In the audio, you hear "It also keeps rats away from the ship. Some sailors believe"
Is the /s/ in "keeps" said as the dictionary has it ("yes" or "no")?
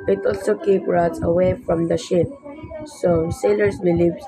no